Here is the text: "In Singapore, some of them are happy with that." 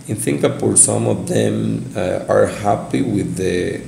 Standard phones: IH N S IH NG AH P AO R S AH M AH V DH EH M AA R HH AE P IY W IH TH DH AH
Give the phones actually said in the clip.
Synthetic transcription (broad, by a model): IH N TH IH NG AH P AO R S AH M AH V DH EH M AA R HH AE P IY W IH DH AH